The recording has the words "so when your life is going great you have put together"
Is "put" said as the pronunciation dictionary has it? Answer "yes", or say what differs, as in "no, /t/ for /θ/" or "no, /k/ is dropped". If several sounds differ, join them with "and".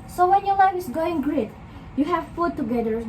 no, /f/ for /p/